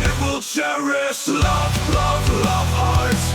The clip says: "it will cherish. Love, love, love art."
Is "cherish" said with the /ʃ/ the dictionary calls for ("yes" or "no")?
no